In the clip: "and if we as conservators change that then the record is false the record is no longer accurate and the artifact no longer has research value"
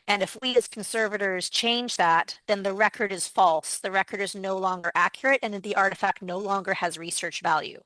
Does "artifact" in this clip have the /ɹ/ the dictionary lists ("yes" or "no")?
yes